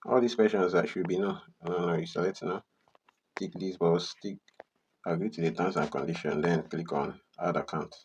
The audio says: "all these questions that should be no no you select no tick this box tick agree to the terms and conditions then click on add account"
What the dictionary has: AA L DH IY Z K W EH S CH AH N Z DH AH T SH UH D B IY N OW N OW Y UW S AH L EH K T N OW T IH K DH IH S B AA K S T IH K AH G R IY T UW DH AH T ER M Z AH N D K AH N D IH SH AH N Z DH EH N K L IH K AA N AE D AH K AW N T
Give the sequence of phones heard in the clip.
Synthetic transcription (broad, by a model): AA L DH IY S K W EH S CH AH N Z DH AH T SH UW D B IY N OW N OW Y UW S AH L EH T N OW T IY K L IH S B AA S T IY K AH G R IY T UW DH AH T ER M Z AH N K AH N D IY SH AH N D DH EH N K L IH K AA N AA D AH K AW N T